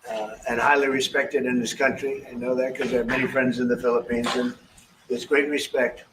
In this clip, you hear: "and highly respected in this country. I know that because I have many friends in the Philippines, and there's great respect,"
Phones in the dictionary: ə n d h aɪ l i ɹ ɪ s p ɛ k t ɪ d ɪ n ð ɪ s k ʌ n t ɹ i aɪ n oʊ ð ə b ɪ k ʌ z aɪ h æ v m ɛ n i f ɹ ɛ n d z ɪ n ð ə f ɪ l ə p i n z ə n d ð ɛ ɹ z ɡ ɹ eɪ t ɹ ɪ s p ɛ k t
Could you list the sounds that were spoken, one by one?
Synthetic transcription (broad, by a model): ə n h aɪ l i ɹ ɪ s p ɛ k t ɪ d ɪ n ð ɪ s k ʌ n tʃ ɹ i aɪ n oʊ ð ə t k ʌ z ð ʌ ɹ m ɛ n i f ɹ ɛ n d z ɪ n ð ə f ɪ l ə p i n z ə n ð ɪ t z ɡ ɹ eɪ t ɹ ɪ s p ɛ k t